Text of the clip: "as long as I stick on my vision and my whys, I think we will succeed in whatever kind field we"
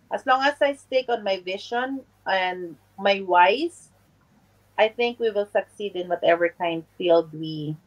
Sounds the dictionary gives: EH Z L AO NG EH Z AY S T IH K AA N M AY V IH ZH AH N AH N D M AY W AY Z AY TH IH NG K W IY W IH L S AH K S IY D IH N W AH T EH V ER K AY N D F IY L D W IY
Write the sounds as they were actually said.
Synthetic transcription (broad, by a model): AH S L AO NG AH S AY S T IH K AA N M AY V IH SH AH N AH N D M AY W AY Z AY TH IH NG K W IY W IH L S AH K S IY D IH N W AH T EH V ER K AY N D F IY L D W IY